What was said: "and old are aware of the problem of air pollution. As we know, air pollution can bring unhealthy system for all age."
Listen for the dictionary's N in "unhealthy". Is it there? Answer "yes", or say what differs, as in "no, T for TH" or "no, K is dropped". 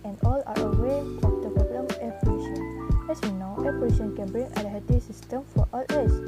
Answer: no, L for N